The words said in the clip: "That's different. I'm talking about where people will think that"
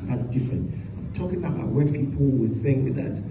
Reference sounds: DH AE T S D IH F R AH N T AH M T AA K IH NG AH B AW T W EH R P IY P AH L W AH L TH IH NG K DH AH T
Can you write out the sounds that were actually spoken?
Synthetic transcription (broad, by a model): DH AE T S D IH F R AH N T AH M T AA K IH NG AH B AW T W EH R P IY P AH L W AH TH IH NG K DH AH T